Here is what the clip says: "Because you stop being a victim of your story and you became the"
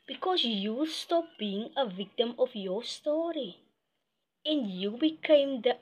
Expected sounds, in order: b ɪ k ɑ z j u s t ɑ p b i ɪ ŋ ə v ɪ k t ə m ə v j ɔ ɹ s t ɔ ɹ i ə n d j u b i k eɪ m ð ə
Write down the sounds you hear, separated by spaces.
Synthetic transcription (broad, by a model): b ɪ k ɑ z j u s t ɑ p b i ɪ ŋ ə v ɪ k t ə m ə f j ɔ s t ɔ ɹ i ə n j u b i k eɪ m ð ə